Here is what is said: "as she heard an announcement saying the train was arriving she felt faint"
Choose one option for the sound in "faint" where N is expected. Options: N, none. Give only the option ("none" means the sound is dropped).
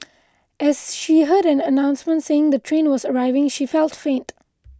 N